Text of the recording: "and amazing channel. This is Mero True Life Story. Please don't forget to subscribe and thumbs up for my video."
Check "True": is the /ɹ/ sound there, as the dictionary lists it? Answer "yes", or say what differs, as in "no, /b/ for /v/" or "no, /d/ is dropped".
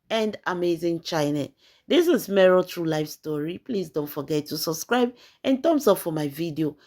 yes